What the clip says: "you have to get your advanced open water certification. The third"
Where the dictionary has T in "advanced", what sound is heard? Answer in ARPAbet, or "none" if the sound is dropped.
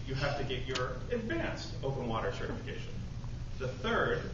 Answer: T